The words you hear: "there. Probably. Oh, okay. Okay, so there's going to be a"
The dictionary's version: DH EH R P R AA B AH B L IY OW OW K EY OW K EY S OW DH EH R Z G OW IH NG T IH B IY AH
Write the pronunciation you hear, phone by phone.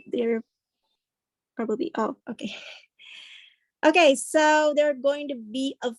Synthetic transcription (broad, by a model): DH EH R P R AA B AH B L IY OW OW K EY OW K EY S OW DH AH R G OW IH NG T IH B IY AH